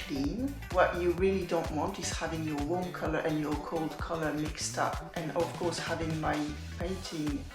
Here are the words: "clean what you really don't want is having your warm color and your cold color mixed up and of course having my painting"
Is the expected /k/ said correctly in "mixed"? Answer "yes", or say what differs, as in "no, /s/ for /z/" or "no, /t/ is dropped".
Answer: yes